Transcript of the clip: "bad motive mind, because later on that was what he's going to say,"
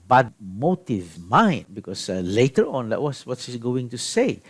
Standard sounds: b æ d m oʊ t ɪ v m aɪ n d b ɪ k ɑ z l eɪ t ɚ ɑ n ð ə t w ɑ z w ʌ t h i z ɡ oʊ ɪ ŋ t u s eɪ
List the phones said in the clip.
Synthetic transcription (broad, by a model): b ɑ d m oʊ t ɪ v m aɪ n d b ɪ k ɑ s l eɪ t ɚ ɑ n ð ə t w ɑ s w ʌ t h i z ɡ oʊ ɪ ŋ t u s eɪ